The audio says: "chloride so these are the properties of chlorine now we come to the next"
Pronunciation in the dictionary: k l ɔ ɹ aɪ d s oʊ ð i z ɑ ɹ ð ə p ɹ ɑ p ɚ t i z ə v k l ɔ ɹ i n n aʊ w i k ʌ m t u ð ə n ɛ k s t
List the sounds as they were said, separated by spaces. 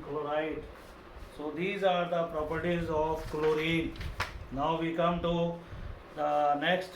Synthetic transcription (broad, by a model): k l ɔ ɹ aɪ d s oʊ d i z ɑ ɹ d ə p ɹ ɑ p ɚ t i z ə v k l ɔ ɹ i n n aʊ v i k ʌ m t u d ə n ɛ k s t